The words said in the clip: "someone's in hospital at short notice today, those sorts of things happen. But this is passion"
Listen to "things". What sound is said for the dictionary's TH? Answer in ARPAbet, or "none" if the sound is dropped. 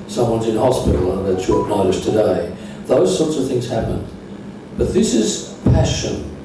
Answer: TH